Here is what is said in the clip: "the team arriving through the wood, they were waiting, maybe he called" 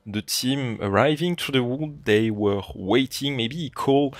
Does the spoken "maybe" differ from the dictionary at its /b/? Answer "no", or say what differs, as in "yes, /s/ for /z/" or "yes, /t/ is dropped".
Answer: yes, /b/ is dropped